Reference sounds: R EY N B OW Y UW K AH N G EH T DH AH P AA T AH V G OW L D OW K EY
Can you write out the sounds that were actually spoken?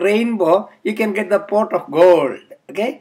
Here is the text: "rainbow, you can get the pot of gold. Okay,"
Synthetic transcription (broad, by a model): R EY N B OW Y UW K AH N G EH T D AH P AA T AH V G OW L D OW K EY